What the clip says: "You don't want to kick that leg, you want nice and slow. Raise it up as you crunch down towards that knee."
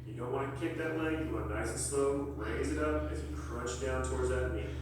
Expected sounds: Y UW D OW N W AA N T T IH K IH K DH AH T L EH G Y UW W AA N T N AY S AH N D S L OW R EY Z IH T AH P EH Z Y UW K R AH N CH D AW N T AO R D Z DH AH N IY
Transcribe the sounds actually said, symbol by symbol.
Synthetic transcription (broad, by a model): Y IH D OW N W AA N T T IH K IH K DH AH T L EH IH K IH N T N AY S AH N S L OW R EY Z IH T AH P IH Z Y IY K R AH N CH D AW N T AO R D Z DH AH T